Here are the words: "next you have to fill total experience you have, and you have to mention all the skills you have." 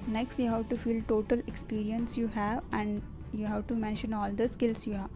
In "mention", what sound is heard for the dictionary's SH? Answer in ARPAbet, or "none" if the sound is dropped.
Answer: SH